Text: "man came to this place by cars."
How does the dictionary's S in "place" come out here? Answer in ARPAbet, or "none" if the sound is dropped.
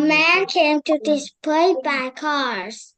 none